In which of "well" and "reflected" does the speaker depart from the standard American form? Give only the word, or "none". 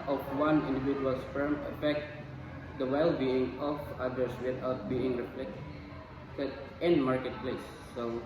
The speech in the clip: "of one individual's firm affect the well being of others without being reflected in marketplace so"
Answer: reflected